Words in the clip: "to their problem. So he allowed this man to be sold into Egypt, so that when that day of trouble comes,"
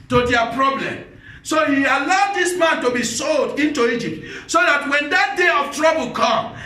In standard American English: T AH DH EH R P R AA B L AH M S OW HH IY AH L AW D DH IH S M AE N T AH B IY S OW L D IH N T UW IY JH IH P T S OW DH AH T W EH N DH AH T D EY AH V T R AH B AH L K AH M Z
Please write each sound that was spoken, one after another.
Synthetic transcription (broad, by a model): T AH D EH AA P R AA B L AH M S OW HH IY AH L AW D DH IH S M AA N T AH B IY S OW L D IH N T UW IY JH IH P T S OW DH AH T W EH N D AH T D EY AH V T R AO B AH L K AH M